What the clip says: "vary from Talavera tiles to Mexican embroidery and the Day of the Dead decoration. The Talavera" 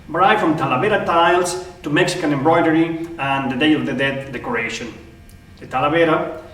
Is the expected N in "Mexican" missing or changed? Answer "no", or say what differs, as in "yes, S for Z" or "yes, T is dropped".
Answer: no